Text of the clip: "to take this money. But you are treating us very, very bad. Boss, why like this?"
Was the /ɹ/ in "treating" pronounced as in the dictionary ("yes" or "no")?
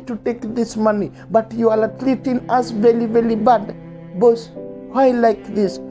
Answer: no